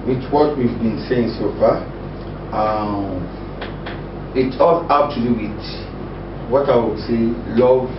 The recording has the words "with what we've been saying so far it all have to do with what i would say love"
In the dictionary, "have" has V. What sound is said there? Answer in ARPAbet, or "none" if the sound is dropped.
P